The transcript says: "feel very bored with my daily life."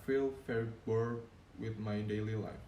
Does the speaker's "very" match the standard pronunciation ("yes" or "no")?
no